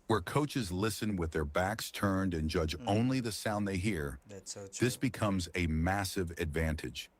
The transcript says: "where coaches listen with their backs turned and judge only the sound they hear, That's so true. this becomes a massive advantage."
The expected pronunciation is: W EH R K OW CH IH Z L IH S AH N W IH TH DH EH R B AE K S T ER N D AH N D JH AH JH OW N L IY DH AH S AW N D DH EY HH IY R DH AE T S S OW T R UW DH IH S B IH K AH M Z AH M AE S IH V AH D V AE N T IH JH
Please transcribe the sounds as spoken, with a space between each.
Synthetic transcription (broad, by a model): W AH R K OW CH IH Z L IH S AH N W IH DH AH R B AE K S T ER N D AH N JH AH JH OW N L IY DH AH S AW N DH EY HH IY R R DH IH S B IH K AH M Z AH M AE S IH V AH D V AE N T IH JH